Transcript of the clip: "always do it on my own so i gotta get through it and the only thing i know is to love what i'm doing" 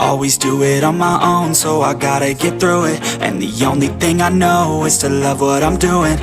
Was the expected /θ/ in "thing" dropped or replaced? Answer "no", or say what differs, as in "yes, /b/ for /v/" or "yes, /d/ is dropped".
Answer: no